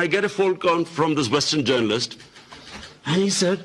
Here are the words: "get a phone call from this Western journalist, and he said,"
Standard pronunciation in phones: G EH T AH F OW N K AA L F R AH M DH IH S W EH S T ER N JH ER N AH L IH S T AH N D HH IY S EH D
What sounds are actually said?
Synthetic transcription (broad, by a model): G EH T AH F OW L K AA N F R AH M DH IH S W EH S T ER N JH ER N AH L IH S T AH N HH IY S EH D